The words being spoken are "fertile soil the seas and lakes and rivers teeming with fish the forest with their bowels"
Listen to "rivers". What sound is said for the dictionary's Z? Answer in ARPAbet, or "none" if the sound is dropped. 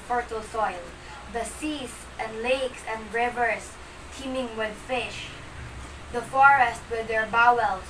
S